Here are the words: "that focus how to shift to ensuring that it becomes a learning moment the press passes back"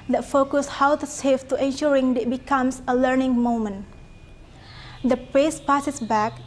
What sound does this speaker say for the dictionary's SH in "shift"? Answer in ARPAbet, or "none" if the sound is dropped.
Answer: S